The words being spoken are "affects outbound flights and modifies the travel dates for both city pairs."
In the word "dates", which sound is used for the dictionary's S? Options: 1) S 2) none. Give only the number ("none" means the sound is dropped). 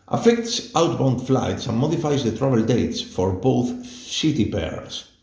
1